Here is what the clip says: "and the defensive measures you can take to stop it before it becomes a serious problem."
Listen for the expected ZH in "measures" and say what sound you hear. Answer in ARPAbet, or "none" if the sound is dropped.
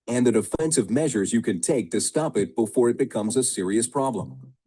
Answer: ZH